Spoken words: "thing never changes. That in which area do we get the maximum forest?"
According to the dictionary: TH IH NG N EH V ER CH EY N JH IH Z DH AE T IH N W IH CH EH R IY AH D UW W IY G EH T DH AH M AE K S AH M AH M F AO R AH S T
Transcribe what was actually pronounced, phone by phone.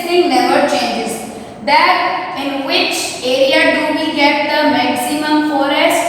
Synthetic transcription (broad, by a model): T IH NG L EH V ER CH EY N JH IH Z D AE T IH N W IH CH EH R IY AH D UW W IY G EH T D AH M AE K S AH M AH M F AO R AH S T